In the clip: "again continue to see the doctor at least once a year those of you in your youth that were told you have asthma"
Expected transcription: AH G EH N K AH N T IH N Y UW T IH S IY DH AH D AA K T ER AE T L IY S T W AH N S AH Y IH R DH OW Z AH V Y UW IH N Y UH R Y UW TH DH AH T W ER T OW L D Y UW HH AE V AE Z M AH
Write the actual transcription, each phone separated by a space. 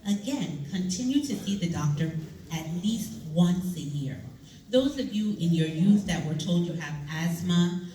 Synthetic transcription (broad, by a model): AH G EH N K AH N T IH N Y UW T IH S IY DH AH D AA K T ER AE T L IY S T W AH N S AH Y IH R DH OW Z AH V Y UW IH N Y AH R Y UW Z DH AH T W ER T OW L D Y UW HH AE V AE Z M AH